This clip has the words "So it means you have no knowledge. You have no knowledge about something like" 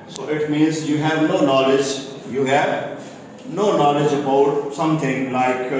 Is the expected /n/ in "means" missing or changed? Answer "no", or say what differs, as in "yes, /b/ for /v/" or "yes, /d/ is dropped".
no